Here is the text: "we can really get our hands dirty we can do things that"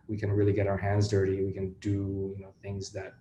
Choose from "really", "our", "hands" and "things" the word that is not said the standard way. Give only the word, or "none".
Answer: none